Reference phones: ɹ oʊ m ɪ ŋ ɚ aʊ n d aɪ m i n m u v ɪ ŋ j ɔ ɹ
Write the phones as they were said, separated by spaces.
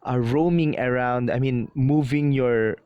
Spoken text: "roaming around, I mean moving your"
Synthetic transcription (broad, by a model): ɹ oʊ m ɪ ŋ ɚ aʊ n d aɪ m i n m u v ɪ ŋ j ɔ ɹ